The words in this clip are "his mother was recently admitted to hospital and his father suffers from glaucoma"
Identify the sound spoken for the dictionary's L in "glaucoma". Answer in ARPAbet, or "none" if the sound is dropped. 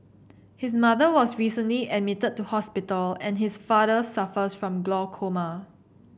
L